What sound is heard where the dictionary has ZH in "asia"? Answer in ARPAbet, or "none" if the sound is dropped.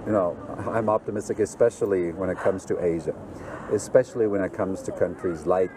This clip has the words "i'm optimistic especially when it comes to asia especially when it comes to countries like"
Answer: ZH